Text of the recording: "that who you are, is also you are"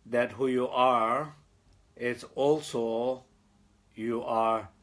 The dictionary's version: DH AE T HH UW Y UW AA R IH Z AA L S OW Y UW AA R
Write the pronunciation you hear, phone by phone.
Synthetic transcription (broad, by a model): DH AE T HH UW Y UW AA R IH S AA L S OW Y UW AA R